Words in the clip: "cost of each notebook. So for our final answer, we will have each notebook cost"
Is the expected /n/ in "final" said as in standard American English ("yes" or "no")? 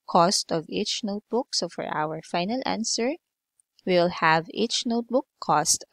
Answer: yes